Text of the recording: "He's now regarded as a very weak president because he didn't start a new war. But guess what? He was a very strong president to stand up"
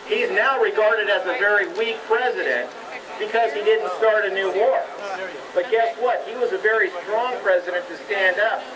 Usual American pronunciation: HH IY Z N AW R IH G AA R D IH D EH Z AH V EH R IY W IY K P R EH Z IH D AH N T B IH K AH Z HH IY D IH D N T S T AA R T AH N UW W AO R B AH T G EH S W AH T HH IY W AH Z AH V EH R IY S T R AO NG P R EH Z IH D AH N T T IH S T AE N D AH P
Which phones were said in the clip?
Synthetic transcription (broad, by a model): HH IY Z N AW R IH G AA R D IH D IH Z AH V EH R IY W IY K P R EH Z IH D AH N T B IH K AH Z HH IY D IH D N T S T AA R T AH N UW W AO R B AH T G EH S W AH T HH IY W AH Z AH V EH R IY S T R AO NG P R EH Z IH D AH N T T IH S T AE N D AH P